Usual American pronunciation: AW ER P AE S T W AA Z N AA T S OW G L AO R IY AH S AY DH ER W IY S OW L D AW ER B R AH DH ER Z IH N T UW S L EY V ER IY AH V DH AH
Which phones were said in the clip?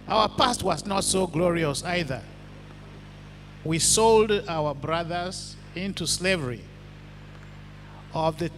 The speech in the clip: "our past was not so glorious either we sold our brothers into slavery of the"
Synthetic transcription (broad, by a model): AW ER P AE S T W AA Z N AA T S OW G L AO R IY AH S AY DH ER W IY S OW L D AW ER B R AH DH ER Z IH N T UW S L EY V ER IY AH V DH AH